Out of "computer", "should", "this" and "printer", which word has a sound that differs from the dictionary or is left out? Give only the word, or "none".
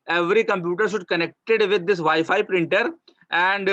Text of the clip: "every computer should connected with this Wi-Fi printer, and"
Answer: this